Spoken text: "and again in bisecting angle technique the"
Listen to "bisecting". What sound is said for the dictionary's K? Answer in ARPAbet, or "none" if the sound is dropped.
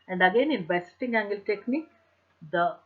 none